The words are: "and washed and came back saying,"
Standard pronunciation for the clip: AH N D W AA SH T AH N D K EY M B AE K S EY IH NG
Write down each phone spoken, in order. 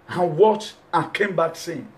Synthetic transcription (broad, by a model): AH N W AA T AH K EY M B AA K S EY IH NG